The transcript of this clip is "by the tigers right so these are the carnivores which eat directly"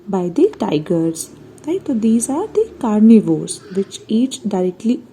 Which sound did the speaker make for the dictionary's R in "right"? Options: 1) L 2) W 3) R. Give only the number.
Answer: 1